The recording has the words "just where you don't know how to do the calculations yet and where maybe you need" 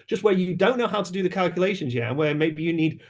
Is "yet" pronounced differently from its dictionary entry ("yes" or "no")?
yes